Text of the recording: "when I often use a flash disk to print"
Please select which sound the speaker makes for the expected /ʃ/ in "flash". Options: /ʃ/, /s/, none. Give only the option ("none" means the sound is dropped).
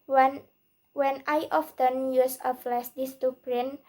/s/